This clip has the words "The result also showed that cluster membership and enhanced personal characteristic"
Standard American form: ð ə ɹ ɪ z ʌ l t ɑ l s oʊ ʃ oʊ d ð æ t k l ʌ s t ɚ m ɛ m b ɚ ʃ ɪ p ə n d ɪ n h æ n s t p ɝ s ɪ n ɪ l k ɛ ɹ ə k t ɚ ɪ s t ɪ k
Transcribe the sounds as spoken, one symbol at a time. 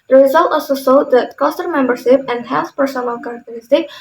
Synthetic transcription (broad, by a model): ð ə ɹ ɪ z ʌ l t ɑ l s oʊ s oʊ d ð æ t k ʌ s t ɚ m ɛ m b ɚ ʃ ɪ p ə n d h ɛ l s p ɝ s ɪ n ɪ l k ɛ ɹ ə k t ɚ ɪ s t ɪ k